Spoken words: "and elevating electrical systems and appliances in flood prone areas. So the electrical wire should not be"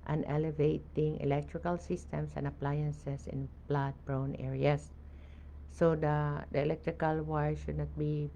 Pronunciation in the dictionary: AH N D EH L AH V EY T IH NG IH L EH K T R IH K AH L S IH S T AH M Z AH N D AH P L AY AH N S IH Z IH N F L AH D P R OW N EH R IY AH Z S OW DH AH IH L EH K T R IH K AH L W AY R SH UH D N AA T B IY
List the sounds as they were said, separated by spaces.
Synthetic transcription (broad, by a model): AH N EH L AH V EY T IH NG IH L EH K T R IH K AH L S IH S T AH M S AH N D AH P L AY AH N S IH S IH N P L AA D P R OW N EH R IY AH S OW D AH IH L EH K T R IH K AH L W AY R SH UH D N AA T B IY